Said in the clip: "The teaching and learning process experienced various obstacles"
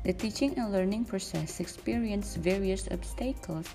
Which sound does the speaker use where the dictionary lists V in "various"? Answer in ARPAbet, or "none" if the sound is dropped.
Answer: V